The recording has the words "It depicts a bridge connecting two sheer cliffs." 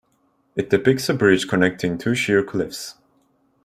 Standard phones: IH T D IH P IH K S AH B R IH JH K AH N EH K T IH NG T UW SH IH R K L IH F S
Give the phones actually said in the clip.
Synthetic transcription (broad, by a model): IH T D IH P IH K S AH B R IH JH K AH N EH K T IH NG T UW SH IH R K L IH F S